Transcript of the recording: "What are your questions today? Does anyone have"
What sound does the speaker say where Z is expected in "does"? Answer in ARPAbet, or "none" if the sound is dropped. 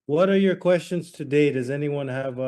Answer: Z